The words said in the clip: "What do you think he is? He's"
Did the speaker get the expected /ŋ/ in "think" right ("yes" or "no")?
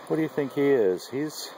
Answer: yes